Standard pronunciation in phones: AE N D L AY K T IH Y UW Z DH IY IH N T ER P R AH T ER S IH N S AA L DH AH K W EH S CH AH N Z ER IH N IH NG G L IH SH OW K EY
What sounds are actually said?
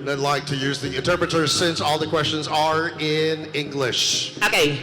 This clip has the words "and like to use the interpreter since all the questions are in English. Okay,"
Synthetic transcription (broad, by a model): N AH L AY K T IH Y UW Z DH IY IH N T ER P R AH T ER S IH N S AA L DH AH K W EH S CH AH N Z ER IH N IH NG G L IH SH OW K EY